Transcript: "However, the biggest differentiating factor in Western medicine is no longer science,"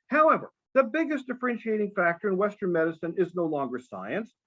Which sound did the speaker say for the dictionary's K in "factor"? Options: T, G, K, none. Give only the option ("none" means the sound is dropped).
K